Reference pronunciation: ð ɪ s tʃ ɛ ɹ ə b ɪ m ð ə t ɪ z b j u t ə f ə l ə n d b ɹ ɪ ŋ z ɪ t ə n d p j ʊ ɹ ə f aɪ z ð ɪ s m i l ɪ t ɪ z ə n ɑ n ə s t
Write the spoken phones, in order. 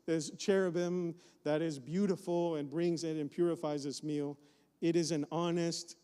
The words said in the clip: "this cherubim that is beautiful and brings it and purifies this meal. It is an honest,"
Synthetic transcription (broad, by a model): ð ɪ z tʃ ɛ ɹ ə b ɪ m ð ə t ɪ z b j u t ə f l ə n b ɹ ɪ ŋ z ɪ t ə n p j ʊ ɹ ə f aɪ z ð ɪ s m i l ɪ t ɪ z ə n ɑ n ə s t